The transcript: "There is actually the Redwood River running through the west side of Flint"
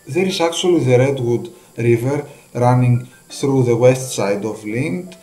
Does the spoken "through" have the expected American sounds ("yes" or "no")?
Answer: yes